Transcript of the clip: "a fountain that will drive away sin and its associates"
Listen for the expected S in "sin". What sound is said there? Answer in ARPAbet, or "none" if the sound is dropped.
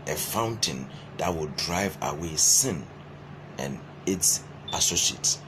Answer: S